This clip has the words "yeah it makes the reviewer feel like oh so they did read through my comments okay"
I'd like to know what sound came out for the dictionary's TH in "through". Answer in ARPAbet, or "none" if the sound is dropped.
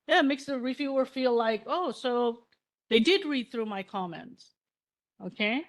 TH